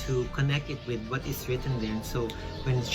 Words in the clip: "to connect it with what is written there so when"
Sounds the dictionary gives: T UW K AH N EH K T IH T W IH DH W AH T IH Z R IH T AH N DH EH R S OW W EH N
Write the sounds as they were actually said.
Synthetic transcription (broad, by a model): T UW K AH N EH K T IH T W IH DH W AH T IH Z R IH T AH N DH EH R S OW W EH N